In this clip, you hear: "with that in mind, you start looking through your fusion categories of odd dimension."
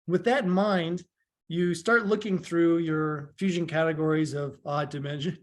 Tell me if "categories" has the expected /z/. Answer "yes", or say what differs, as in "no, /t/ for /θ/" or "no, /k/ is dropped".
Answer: yes